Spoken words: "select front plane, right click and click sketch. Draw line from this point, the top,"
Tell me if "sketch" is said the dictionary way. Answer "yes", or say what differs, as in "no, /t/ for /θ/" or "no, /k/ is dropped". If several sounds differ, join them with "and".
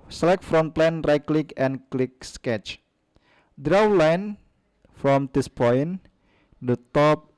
yes